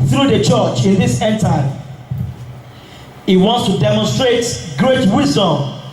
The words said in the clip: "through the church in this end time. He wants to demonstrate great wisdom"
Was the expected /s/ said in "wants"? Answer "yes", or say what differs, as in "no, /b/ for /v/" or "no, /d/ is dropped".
yes